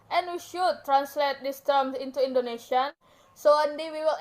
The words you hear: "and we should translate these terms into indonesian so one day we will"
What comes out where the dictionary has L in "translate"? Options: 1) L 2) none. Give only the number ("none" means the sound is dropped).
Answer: 1